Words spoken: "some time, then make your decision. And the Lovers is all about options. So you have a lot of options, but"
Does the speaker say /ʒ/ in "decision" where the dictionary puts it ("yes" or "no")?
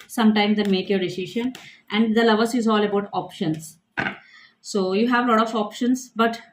no